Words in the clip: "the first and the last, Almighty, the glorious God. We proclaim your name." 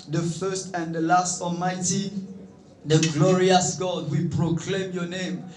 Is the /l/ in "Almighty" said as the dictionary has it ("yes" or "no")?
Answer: yes